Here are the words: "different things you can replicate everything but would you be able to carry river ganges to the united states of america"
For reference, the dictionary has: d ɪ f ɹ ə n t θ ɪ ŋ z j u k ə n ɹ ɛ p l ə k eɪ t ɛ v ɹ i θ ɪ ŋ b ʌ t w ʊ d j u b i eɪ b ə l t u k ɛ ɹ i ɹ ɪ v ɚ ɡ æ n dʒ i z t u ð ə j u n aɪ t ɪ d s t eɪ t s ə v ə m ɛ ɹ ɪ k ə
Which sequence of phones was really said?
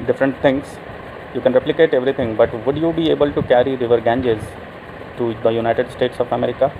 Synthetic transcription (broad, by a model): d ɪ f ɹ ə n t t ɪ ŋ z j u k ə n ɹ ɛ p l ə k eɪ t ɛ v ɹ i t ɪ ŋ b ʌ t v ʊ d j u b i eɪ b ə l t u k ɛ ɹ i ɹ ɪ v ɚ ɡ æ n dʒ i z t u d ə j u n aɪ t ɪ d s t eɪ t s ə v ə m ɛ ɹ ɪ k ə